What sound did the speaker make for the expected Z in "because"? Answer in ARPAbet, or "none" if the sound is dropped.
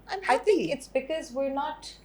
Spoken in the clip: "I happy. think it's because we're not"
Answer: Z